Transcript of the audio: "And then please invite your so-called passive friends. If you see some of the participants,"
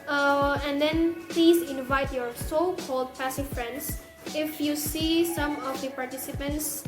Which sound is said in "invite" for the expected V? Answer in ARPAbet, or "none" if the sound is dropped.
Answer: V